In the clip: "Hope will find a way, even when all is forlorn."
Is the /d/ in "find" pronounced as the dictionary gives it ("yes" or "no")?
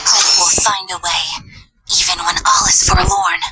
yes